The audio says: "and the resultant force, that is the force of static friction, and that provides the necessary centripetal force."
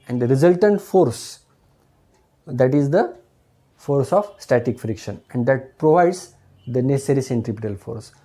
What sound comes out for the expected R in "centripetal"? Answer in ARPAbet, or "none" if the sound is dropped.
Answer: R